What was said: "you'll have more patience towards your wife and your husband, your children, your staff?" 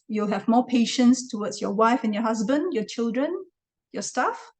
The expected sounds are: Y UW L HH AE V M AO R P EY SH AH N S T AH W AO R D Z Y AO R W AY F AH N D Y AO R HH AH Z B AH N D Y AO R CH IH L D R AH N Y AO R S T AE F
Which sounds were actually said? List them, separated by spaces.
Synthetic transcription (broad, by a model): Y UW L HH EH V M AO P EY SH AH N S T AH W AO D S Y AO W AY F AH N Y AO HH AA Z B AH N D Y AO CH IH L D R AH N Y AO S T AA F